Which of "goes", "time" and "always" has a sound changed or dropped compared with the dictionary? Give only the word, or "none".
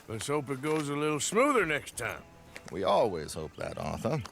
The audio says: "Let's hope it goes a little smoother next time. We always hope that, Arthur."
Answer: none